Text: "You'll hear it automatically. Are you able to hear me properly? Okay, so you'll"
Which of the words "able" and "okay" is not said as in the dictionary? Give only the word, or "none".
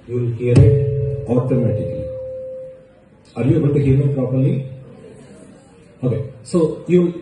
able